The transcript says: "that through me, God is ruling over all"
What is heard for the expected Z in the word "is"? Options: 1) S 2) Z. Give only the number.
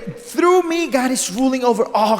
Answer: 1